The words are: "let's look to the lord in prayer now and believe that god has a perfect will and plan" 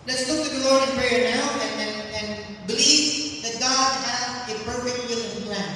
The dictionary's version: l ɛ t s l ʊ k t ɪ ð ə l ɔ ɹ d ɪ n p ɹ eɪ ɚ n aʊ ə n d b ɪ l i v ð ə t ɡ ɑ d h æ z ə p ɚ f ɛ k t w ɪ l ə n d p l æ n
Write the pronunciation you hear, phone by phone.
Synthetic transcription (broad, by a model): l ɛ t s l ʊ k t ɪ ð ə l ɔ ɹ ɪ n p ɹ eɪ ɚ n aʊ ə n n b ɪ l i v ð ə t ɡ ɑ d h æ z ə p ɚ f ɛ k t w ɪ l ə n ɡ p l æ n